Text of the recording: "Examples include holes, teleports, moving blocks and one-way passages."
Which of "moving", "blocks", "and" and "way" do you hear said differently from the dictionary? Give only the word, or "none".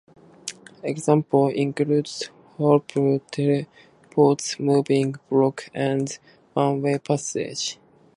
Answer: blocks